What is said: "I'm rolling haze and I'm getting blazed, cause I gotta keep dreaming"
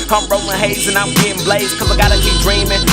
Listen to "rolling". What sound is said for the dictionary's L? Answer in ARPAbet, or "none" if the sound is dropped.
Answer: none